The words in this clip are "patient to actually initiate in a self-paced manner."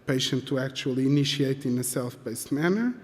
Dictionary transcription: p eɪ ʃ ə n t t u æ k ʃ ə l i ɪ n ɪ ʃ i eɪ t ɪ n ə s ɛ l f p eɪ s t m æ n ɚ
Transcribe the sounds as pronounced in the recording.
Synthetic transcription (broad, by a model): p eɪ ʃ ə n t t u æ k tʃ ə l i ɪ n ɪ ʃ i eɪ t ɪ n ə s ɛ l f b eɪ s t m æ n ɚ